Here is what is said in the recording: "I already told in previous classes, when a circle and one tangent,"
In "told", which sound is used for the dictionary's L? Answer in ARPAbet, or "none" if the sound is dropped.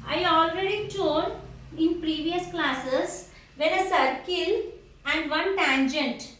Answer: none